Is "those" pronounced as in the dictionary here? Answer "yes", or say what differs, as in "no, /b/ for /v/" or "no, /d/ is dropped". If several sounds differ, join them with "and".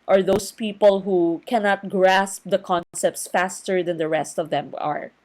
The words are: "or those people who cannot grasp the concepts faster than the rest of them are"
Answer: no, /s/ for /z/